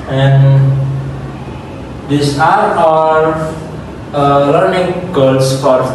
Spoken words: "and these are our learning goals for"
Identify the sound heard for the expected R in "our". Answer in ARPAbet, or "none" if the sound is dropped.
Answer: L